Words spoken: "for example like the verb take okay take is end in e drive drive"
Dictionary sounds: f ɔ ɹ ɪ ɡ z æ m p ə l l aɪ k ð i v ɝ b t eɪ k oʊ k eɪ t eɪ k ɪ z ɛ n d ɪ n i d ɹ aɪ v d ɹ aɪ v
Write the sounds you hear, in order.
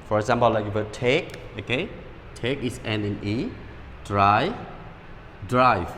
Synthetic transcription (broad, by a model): f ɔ ɹ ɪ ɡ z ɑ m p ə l l aɪ k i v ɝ t eɪ k oʊ k eɪ t eɪ k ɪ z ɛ n ɪ n i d ɹ aɪ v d ɹ aɪ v